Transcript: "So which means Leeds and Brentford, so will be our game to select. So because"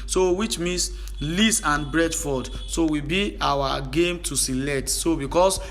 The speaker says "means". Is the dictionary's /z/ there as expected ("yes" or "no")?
no